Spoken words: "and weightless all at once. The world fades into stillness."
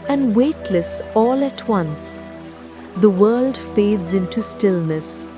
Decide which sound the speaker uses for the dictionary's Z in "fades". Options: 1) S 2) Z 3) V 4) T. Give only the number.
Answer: 2